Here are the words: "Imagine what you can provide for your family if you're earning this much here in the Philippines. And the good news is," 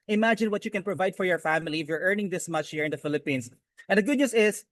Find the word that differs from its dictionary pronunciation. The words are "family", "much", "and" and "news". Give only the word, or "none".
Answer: news